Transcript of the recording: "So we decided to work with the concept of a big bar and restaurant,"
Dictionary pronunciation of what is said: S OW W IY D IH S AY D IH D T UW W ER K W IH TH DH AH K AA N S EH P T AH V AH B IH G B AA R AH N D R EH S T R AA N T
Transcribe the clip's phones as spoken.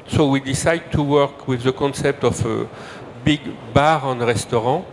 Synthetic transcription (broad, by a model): S OW W IY D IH S AY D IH D T UW W ER K W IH DH AH K AA N S EH P T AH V AH B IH G B AA R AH N R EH S T R AA